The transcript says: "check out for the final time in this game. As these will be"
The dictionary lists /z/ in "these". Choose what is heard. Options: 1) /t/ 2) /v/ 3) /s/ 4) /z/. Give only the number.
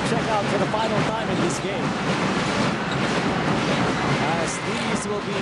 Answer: 4